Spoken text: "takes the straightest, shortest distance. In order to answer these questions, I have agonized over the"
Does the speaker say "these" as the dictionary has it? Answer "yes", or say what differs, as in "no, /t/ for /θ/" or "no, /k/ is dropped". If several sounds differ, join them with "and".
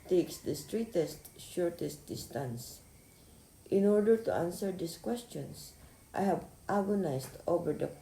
no, /s/ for /z/